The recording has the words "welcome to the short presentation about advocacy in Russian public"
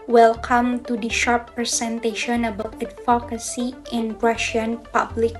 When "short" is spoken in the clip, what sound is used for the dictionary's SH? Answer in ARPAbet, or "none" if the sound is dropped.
SH